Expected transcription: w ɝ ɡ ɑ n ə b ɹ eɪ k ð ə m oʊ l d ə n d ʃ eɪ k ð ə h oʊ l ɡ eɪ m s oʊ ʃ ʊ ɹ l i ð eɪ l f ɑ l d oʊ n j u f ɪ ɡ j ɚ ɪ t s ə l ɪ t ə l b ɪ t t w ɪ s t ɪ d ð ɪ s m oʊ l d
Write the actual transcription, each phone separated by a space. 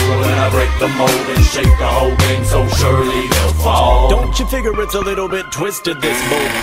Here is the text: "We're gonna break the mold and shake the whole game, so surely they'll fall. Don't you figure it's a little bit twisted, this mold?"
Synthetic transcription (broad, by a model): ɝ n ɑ ə b ɹ eɪ k ð ə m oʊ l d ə n ʃ eɪ k ð ə h oʊ l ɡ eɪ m s oʊ ʃ ʊ ɹ l i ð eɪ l f ɑ l d oʊ n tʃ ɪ f ɪ ɡ j ɚ ɪ t s ə l ɪ t l b ɪ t t w ɪ s t ɪ d ð ɪ s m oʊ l